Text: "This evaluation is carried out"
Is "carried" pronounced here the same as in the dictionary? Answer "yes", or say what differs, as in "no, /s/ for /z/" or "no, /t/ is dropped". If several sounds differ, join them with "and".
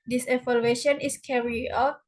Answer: no, /d/ is dropped